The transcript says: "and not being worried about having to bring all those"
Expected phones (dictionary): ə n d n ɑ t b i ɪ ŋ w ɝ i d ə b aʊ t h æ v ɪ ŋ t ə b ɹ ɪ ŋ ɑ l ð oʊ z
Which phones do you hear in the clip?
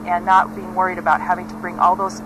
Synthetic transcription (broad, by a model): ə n n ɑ t b i ɪ ŋ w ɝ i d ə b aʊ t h æ v ɪ ŋ t ə b ɹ ɪ ŋ ɑ l ð oʊ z